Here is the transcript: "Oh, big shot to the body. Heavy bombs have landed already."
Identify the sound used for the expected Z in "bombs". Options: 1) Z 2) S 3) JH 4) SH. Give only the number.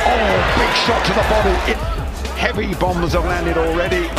1